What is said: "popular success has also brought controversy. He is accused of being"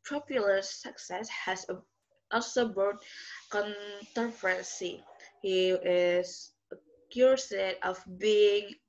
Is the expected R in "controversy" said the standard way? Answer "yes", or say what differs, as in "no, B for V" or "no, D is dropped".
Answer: no, R is dropped